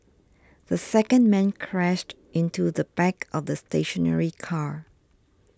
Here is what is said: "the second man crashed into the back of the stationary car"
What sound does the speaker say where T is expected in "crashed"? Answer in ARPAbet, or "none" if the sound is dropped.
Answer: T